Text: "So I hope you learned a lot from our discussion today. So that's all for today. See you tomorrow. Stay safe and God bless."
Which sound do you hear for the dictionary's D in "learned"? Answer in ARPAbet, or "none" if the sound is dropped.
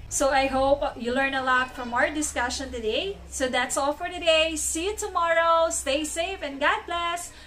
none